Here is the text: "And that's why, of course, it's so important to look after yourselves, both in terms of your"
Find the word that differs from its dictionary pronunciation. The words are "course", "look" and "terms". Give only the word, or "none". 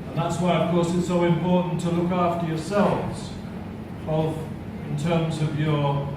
none